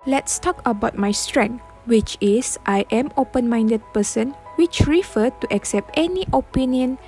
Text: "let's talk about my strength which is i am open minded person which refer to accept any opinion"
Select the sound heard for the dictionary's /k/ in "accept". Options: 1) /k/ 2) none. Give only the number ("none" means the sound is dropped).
1